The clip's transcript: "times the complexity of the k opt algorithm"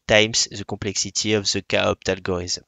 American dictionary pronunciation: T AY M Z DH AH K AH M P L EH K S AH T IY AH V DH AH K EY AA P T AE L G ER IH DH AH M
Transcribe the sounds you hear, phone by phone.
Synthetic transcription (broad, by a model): T AY M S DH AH K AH P L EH K S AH T IY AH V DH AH K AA AA P T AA L G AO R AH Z